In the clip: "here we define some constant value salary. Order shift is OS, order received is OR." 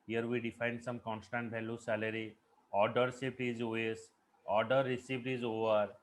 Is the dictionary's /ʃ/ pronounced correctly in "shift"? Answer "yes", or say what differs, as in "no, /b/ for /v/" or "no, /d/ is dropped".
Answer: no, /s/ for /ʃ/